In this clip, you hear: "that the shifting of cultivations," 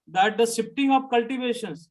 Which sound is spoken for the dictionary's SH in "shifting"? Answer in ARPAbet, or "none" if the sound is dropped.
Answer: S